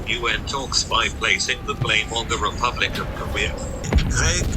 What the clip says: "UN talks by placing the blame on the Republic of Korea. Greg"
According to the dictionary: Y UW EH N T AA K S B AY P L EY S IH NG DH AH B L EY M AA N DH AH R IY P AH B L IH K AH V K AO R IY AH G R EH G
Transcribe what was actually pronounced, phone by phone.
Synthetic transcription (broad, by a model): Y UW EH N T AA K S B AY P L EY S IH NG DH AH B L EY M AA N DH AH R IY P AH B L IH K AH V K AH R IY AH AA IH